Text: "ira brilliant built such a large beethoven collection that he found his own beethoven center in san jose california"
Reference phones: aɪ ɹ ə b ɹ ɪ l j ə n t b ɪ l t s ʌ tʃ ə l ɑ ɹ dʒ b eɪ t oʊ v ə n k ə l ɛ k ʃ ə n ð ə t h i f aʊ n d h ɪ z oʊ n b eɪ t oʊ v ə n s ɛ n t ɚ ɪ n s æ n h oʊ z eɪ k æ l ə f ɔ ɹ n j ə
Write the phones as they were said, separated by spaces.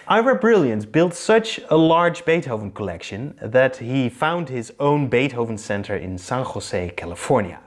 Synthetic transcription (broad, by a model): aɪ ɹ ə b ɹ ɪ l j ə n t b ɪ l t s ʌ tʃ ə l ɑ ɹ dʒ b eɪ t oʊ v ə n k ə l ɛ k ʃ ə n ð ə t h i f aʊ n d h ɪ z oʊ n b eɪ t oʊ v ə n s ɛ n t ɚ ɪ n s æ n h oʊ s eɪ k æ l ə f ɔ ɹ n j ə